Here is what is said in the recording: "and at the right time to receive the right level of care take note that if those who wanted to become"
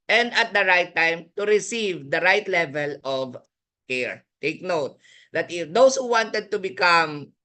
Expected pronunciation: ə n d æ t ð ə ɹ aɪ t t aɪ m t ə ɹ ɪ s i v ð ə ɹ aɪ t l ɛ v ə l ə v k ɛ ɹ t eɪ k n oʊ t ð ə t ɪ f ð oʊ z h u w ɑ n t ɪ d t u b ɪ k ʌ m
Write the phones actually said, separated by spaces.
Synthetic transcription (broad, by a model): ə n d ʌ t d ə ɹ aɪ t t aɪ m t ə ɹ ɪ s i v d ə ɹ aɪ t l ɛ v ə l ə v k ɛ ɹ t eɪ k n oʊ t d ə t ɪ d oʊ s h u w ɑ n t ɪ d t u b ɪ k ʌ m